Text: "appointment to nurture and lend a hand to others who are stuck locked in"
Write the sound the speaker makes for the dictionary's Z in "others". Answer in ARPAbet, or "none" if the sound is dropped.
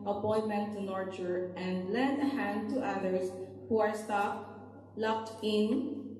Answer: S